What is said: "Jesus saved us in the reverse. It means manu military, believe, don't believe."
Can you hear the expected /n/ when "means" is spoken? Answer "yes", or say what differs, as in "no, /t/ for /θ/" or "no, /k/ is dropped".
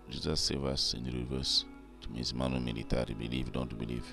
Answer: no, /n/ is dropped